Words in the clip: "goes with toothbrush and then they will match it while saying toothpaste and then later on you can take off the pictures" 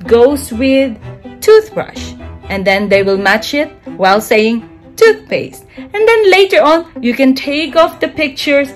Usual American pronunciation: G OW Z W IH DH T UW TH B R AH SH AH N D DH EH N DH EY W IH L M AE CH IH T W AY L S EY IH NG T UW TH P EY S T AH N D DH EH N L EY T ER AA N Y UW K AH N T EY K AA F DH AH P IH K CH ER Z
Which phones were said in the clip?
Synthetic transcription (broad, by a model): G OW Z W IH DH T UW TH B R AH SH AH N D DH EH N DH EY W IH L M AE CH IH T W AY L S EY IH NG T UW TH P EY S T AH N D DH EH N L EY T ER AA N Y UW K AH N T EY K AA F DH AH P IH K CH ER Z